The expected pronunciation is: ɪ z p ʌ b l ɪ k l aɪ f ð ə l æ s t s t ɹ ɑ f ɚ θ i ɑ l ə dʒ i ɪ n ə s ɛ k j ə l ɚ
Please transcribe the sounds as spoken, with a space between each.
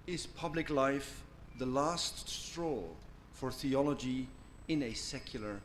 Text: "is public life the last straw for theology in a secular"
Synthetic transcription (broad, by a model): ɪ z p ʌ b l ɪ k l aɪ f ð ə l æ s t s t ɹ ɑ f ɚ θ i ɑ l ə dʒ i ɪ n ə s ɛ k j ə l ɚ